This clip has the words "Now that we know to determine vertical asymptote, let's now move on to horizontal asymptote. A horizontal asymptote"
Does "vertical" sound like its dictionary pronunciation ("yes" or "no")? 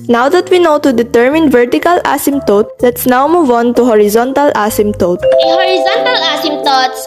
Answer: yes